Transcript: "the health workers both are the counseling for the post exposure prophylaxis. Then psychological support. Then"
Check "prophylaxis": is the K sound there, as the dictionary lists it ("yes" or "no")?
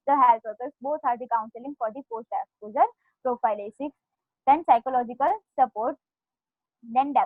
no